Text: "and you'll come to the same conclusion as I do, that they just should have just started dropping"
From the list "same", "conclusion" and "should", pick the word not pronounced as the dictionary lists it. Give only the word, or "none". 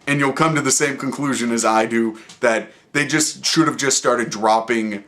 none